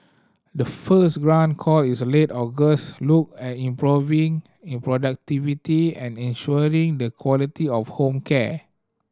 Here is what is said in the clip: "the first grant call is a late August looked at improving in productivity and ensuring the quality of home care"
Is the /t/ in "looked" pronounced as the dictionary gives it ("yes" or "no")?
no